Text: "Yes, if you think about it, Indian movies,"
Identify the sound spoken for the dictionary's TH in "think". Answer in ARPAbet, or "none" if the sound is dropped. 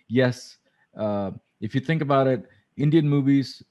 TH